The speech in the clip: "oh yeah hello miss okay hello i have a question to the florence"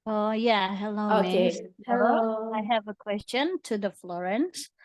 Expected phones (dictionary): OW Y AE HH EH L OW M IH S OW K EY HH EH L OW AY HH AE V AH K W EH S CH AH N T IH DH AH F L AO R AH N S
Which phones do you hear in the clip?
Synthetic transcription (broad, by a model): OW Y AE HH EH L OW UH OW K EY HH EH L OW AY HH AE V AH K W EH S CH AH N T IH DH AH F L AO R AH N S